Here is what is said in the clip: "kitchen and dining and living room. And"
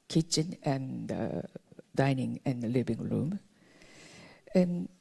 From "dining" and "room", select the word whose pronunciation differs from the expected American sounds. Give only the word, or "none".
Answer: none